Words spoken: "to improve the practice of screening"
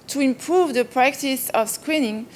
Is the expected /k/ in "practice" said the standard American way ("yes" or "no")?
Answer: yes